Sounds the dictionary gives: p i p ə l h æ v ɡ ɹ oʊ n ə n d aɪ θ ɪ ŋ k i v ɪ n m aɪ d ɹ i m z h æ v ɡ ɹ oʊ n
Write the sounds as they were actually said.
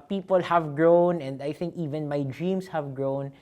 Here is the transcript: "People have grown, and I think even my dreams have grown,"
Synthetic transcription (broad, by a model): p i p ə l h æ v ɡ ɹ oʊ n ə n d aɪ θ ɪ ŋ k i v ɪ n m aɪ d ɹ i m s h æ v ɡ ɹ oʊ n